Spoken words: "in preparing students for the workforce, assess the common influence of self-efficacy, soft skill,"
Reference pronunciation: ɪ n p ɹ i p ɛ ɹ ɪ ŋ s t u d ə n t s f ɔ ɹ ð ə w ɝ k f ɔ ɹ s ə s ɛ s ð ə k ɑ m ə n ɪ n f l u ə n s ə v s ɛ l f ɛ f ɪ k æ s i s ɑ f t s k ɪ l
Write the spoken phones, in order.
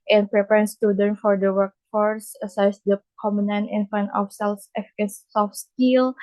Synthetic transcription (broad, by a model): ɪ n p ɹ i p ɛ ɹ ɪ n s t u d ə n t f ɔ ɹ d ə w ɝ k f ɔ ɹ s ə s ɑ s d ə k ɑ m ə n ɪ n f u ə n ə f s ɛ l f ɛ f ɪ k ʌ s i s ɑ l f s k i l